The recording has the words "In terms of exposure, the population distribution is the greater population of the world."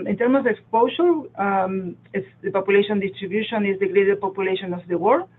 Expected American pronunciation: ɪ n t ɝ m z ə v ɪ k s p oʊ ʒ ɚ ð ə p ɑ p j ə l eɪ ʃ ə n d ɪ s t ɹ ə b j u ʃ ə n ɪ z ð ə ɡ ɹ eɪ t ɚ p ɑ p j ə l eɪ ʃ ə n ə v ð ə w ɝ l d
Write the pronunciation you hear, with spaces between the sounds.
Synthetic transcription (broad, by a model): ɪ n t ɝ m ə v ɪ k s p oʊ ʃ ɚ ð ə p ɑ p j ə l eɪ ʃ ə n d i s t ɹ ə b j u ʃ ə n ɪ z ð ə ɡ ɹ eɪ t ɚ p ɑ p j ə l eɪ ʃ ə n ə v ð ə w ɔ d